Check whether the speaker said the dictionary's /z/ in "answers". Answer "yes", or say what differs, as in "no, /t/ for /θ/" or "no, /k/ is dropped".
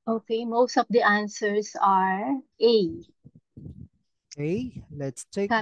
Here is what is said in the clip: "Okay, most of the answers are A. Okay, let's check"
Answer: no, /s/ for /z/